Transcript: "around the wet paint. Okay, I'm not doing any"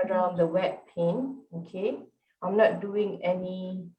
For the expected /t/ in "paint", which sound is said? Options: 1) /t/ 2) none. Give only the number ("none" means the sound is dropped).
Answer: 2